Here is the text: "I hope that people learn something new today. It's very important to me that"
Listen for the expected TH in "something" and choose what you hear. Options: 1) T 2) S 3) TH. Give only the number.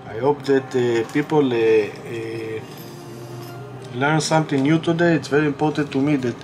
1